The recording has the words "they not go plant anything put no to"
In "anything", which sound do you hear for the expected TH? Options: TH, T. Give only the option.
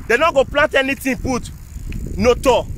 T